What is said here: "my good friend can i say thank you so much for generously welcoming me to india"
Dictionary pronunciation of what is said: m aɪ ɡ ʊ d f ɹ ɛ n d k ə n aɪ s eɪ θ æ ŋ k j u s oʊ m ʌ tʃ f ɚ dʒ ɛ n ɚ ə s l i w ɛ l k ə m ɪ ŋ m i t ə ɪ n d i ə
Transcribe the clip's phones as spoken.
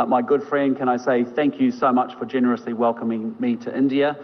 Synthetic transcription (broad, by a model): m aɪ ɡ ʊ d f ɹ ɛ n d k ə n aɪ s eɪ θ æ ŋ k j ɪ s oʊ m ʌ tʃ f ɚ dʒ ɛ n ɚ ə s l i w ɛ l k ə m ɪ ŋ m i t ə ɪ n d i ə